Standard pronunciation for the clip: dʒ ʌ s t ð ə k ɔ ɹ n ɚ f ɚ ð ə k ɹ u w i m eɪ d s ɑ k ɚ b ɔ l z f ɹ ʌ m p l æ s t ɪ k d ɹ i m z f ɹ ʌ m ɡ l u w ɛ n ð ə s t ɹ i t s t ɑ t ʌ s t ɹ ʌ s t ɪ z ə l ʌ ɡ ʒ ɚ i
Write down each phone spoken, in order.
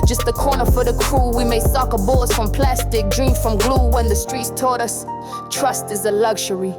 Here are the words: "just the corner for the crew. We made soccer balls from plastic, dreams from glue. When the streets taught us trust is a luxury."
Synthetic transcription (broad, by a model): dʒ ʌ s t ð ə k ɔ ɹ n ɚ f ɚ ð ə k ɹ u w i m eɪ s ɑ k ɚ b ɔ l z f ɹ ʌ m p l æ s t ɪ k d ɹ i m f ɹ ʌ m ɡ l u w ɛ n ð ə s t ɹ i t s t ɑ t ʌ s t ɹ ʌ s t ɪ z ə l ʌ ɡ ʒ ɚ i